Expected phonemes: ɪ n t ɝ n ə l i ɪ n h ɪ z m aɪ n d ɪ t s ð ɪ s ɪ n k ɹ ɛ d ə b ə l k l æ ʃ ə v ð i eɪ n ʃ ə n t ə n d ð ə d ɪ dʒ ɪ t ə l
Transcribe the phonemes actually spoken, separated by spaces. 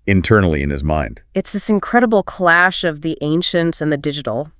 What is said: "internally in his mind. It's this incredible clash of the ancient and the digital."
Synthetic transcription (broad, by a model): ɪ n t ɝ n l i ɪ n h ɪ z m aɪ n d ɪ t s ð ɪ s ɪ n k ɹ ɛ d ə b l k l æ ʃ ə v ð i eɪ n ʃ ə n t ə n ð ə d ɪ dʒ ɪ t l